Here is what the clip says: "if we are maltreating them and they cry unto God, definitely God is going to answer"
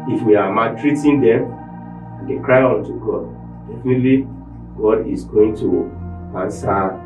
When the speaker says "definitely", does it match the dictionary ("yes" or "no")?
yes